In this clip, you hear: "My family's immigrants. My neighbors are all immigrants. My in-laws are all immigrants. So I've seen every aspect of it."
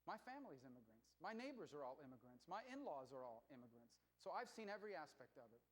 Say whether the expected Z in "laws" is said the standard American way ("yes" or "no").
yes